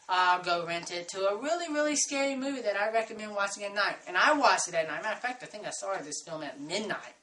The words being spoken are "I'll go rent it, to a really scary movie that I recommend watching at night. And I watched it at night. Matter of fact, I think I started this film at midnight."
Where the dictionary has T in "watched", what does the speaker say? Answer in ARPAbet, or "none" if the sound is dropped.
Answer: none